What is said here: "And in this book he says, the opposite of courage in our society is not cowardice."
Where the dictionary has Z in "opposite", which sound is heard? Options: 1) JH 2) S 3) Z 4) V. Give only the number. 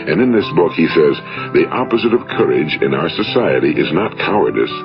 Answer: 3